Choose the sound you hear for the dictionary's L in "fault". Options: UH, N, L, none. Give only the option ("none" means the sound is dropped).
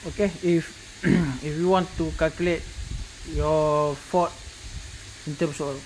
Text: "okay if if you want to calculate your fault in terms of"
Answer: none